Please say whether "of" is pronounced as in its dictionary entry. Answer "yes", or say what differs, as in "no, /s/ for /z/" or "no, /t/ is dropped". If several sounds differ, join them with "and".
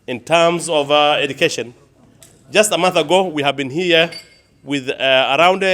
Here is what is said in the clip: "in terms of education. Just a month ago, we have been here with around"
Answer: yes